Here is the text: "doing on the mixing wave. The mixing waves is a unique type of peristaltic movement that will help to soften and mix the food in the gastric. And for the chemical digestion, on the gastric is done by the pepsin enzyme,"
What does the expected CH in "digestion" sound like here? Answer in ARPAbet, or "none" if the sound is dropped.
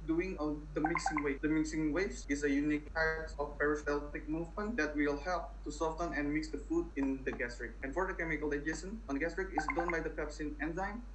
none